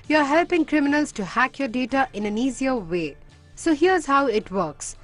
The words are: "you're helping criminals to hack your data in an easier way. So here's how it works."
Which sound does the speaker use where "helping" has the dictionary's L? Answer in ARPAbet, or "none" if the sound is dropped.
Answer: L